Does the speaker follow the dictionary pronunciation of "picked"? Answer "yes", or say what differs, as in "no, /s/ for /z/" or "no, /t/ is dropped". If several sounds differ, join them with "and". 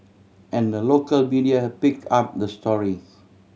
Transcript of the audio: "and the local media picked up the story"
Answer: no, /t/ is dropped